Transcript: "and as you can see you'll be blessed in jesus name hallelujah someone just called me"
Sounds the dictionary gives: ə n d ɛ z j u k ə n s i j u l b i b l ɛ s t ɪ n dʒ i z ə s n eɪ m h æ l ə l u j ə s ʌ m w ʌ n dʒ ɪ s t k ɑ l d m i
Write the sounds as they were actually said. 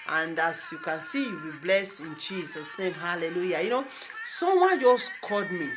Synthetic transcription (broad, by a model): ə n d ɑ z j u k ə n s i j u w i b l ɛ s ɪ n dʒ i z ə s n eɪ m h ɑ l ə l u j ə s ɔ m w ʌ n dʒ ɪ s k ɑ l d m i